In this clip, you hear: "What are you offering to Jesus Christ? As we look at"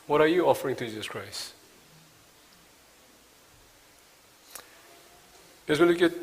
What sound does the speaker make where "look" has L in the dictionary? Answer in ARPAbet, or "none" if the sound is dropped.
N